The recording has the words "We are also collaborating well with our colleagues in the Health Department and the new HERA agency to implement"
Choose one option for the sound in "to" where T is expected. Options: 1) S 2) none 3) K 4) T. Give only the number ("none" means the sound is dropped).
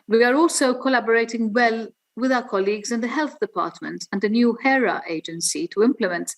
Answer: 4